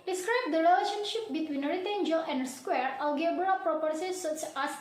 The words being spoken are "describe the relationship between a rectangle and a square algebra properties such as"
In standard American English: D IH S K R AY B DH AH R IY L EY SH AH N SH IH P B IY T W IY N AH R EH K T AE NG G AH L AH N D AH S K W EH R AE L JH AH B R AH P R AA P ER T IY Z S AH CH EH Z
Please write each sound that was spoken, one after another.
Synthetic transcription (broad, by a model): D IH S K R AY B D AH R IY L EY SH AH N SH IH P B IY T W IY N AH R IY T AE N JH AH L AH N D S K W EH R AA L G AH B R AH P R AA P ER S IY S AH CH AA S